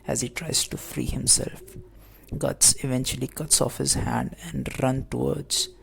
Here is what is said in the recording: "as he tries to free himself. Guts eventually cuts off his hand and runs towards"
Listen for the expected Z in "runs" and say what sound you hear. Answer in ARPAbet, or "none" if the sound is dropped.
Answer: none